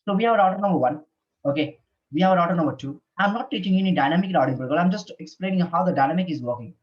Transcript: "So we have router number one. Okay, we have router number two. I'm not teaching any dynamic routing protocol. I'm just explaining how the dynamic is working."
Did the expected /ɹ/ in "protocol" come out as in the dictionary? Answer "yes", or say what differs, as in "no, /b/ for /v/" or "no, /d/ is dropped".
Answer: no, /ɹ/ is dropped